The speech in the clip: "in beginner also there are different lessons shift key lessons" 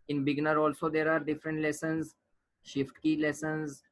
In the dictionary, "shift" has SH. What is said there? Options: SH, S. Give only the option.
SH